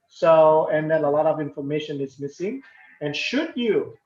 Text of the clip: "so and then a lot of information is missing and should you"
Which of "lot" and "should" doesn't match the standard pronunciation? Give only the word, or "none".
none